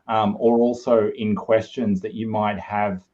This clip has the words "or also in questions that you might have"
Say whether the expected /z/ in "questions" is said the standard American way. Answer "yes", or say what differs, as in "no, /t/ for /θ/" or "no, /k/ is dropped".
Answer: yes